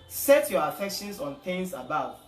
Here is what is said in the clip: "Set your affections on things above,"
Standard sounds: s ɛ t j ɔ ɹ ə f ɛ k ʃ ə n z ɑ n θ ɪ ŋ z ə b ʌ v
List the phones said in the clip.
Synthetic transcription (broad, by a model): s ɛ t j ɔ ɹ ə f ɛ k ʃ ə n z ɑ n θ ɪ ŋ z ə b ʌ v